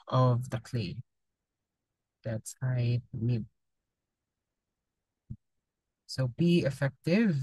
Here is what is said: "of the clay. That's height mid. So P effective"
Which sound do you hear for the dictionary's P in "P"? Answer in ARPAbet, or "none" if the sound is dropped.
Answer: B